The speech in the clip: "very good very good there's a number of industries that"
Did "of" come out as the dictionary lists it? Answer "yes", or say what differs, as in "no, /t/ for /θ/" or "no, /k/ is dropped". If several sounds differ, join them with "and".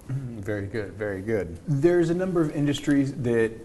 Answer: yes